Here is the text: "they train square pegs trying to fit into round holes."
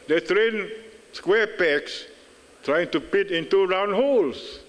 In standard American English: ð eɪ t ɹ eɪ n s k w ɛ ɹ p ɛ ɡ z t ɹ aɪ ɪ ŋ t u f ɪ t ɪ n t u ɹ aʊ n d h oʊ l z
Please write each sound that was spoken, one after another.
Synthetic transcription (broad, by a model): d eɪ t ɹ eɪ n s k w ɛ p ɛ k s t ɹ aɪ ɪ ŋ t u p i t ɪ n t u ɹ aʊ n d h oʊ l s